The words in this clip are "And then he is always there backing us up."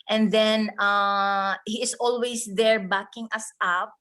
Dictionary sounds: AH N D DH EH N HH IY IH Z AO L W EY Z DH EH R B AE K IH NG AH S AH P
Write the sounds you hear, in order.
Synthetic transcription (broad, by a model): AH N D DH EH N HH IY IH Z AO L W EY S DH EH R B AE K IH NG AH S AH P